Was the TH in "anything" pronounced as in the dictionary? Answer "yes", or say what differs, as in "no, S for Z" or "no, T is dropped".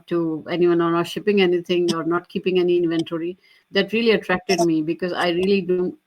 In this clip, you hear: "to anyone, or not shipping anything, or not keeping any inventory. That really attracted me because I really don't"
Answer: no, T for TH